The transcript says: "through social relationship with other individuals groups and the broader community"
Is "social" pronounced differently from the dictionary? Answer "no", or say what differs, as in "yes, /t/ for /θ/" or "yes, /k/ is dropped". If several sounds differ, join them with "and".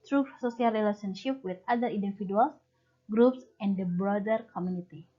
yes, /s/ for /ʃ/